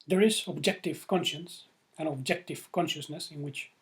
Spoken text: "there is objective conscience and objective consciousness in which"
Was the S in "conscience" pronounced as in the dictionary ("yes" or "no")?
yes